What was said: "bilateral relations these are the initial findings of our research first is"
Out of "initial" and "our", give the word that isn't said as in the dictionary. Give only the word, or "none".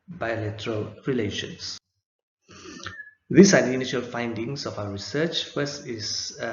none